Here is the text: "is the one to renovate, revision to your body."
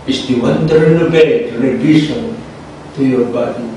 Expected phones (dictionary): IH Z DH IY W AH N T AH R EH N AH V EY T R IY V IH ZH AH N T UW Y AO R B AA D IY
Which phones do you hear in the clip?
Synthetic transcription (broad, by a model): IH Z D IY W AH N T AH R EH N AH B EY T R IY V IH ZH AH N T UW Y AO R B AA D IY